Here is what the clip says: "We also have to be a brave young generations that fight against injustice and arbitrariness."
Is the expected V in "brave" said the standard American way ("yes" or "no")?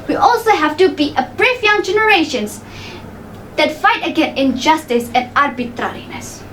no